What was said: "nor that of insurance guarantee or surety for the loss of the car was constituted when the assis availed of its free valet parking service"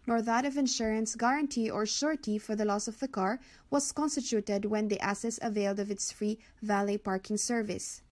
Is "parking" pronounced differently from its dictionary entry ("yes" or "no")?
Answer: no